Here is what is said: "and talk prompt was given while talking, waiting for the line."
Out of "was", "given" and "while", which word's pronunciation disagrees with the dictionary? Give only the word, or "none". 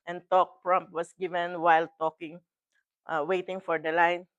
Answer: was